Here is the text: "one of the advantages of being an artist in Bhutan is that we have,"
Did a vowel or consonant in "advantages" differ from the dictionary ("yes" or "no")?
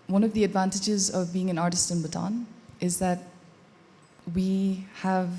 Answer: no